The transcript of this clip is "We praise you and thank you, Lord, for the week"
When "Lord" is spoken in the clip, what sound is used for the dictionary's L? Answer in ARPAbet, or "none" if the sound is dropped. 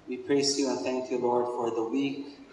L